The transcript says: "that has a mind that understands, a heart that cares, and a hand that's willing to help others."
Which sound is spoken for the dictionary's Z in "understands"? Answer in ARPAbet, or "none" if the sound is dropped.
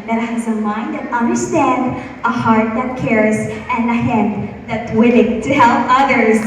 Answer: none